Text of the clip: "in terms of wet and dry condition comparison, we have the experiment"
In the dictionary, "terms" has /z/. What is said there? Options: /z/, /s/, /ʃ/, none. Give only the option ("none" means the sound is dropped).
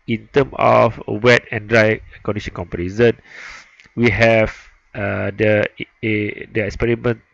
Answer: none